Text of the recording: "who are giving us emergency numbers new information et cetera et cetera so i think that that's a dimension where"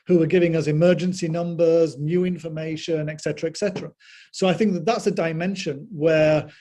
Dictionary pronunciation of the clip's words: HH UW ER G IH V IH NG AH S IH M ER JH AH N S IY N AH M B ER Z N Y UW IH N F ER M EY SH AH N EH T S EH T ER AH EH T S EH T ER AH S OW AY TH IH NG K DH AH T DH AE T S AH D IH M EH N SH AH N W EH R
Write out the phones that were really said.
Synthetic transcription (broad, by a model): HH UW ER G IH V IH NG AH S IH M ER JH AH N S IY N AH M B ER Z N Y UW IH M F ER M EY SH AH N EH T S EH T ER AH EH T S EH T ER AH S OW AY TH IH NG K DH AH T DH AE T S AH D IH M EH N SH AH N W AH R